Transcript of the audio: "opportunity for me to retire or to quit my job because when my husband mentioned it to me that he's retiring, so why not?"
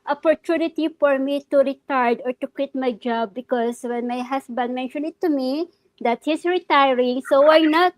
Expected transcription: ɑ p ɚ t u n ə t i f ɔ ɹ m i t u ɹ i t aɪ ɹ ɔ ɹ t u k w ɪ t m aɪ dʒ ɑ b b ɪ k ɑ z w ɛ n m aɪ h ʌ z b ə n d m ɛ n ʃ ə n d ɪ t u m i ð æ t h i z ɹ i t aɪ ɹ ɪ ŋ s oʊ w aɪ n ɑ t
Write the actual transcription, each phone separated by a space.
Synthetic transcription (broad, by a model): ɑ p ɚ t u n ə t i f ɔ ɹ m i t u ɹ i t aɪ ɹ ɔ ɹ t u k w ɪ t m aɪ dʒ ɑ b b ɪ k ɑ s w ɛ n m aɪ h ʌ s b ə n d m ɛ n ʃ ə n ɪ t u m i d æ t h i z ɹ i t aɪ ɹ ɪ ŋ s oʊ w aɪ n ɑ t